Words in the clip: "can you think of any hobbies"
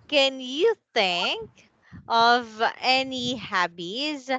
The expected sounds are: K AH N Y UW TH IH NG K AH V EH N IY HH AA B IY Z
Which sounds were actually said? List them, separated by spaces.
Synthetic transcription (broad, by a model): K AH N Y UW TH IH NG K AH V EH N IY HH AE B IY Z